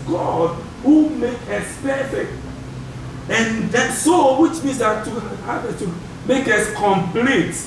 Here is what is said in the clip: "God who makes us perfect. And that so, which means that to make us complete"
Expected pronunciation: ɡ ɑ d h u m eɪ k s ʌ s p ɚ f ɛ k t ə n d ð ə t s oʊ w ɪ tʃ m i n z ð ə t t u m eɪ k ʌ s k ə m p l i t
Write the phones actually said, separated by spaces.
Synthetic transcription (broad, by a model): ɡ ɑ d h u m eɪ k ʌ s p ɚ f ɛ k t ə n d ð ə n s oʊ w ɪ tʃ m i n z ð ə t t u m eɪ k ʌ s k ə m p l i t